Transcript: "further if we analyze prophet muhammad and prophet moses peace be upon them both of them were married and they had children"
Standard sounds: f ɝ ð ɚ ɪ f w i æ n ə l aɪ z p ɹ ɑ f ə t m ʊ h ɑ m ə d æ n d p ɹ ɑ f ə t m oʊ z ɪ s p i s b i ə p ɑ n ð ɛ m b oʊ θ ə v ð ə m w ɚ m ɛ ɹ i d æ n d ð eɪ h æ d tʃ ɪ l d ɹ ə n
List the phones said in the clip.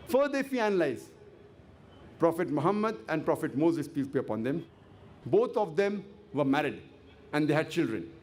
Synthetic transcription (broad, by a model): f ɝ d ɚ ɪ f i æ n ə l aɪ z p ɹ ɑ f ə t m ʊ h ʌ m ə d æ n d p ɹ ɑ f ə t m oʊ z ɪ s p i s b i ə p ɑ n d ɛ m b oʊ t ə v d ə m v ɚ m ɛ ɹ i d æ n d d eɪ h æ d tʃ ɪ l d ɹ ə n